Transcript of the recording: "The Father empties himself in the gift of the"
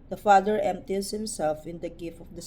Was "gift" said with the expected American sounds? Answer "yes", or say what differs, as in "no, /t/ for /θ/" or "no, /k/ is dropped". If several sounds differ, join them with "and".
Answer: no, /t/ is dropped